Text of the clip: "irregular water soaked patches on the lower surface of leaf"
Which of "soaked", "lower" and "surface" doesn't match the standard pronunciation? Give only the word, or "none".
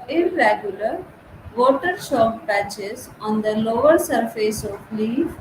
soaked